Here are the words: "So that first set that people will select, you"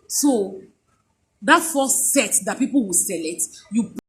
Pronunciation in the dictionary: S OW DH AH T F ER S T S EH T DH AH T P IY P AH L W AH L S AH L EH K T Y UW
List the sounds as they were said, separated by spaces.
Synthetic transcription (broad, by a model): S OW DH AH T F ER S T S EH T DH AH T P IY P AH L W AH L S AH L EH T Y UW